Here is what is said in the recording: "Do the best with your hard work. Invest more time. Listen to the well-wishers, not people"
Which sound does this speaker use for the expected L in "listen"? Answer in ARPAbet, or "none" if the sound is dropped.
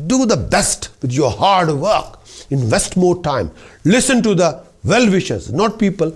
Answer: L